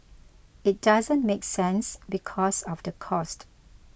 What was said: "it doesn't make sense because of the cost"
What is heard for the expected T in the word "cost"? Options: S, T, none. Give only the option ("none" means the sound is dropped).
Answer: T